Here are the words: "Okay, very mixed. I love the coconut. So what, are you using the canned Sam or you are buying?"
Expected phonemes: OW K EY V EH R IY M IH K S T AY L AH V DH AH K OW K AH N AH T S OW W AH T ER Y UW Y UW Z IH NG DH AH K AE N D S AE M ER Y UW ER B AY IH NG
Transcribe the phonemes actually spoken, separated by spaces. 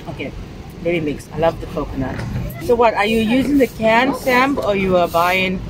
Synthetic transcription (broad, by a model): OW K EY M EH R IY M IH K S AY L AH V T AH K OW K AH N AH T S OW W AH T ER Y UW Y UW Z IH NG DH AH K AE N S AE M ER Y UW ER B AY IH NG